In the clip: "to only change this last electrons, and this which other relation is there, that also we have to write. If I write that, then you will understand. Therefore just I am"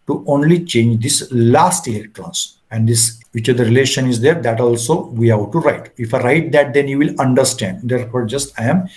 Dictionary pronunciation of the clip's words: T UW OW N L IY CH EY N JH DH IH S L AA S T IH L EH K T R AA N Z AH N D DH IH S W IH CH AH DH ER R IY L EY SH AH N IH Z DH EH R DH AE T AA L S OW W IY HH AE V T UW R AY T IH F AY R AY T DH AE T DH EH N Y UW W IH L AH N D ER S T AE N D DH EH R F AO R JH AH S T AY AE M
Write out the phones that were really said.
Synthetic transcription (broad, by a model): T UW OW N L IY CH EY N JH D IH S L AA S T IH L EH K T R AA N S AH N D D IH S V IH CH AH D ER R IY L EY SH AH N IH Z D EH R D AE T AA L S OW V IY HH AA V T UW R AY T IH F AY R AY T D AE T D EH N Y UW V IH L AH N D ER S T AE N D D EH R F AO R JH AH S T AY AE M